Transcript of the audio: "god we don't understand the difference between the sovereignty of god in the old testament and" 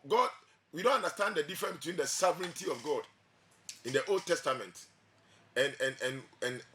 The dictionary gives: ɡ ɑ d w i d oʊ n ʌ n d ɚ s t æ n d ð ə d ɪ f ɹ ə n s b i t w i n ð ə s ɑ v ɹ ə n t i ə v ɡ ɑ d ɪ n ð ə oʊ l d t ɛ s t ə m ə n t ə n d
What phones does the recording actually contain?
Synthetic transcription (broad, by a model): ɡ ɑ d w i d oʊ n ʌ n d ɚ s t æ n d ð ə d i f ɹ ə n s b i t w i n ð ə s ɑ v ɹ ə n t i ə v ɡ ɑ d ɪ n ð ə oʊ l d t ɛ s t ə m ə n t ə n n